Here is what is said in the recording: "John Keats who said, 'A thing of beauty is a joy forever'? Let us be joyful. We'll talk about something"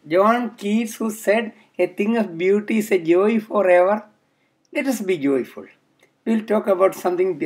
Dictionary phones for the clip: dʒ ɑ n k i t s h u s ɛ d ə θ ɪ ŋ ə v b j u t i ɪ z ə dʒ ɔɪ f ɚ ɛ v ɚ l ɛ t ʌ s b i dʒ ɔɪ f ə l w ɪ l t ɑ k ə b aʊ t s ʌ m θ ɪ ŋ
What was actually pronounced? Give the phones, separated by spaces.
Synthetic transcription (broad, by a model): dʒ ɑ n k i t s h u s ɛ d ə t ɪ ŋ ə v b j u t i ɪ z ə dʒ ɔɪ f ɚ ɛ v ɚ l ɛ t ʌ s b i dʒ ɔɪ f ə l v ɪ l t ɑ k ə b aʊ t s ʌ m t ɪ ŋ